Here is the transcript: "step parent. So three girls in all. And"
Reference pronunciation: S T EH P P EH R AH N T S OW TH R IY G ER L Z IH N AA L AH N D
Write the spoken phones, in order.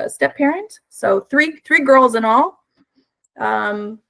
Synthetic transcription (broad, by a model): S T EH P P EH R AH N T S OW TH R IY G ER L Z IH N AA L AH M